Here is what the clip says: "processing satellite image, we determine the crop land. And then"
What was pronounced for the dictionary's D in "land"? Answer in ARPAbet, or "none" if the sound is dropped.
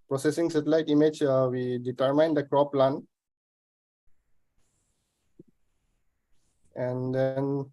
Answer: none